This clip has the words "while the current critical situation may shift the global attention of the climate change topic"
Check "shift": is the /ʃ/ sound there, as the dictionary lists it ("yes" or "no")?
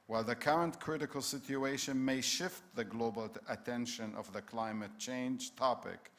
yes